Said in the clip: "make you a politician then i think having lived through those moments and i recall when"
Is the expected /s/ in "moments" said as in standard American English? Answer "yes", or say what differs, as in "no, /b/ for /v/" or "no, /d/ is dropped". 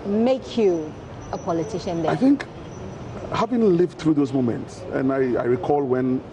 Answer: yes